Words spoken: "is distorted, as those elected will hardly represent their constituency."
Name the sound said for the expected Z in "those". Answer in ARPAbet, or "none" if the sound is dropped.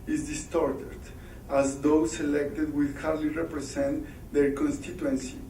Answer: S